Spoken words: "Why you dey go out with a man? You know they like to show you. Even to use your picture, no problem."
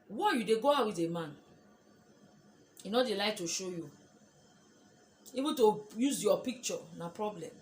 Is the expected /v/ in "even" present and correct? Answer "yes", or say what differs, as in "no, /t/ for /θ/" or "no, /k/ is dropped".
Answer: no, /b/ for /v/